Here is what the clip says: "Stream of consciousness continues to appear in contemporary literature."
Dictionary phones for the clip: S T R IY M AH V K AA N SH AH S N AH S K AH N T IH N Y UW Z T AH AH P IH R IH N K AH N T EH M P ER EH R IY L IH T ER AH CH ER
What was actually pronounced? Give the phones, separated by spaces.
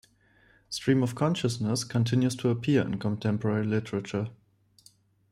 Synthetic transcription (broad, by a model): S T R IY M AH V K AA N SH AH S N AH S K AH N T IH N Y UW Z T AH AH P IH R IH N K AH N T EH M P ER EH R IY L IH T ER AH CH ER